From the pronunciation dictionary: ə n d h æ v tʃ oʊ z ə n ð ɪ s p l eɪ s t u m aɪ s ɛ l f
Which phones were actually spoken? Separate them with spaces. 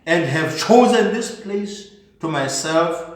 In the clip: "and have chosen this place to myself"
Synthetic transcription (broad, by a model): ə n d h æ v tʃ oʊ z ə n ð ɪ s p l eɪ s t u m aɪ s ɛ l f